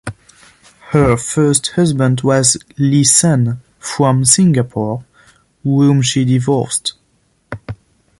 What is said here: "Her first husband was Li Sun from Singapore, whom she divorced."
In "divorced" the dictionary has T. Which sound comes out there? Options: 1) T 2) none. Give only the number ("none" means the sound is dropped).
1